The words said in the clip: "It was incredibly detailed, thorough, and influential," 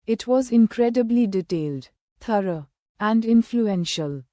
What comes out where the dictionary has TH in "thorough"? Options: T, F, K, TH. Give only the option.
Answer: T